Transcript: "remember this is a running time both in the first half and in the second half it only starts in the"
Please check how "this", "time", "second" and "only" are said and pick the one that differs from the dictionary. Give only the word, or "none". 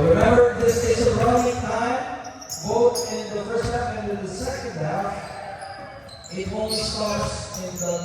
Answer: only